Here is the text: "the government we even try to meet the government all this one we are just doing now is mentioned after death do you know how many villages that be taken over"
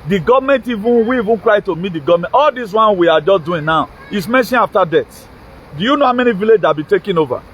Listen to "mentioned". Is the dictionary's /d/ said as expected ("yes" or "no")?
no